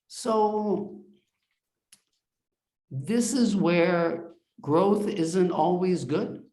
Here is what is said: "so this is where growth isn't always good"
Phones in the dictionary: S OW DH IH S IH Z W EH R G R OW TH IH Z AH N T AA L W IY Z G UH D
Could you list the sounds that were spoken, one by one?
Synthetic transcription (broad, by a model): S OW DH IH S IH Z W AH R G R OW TH IH Z AH N T AA L W IY Z G UH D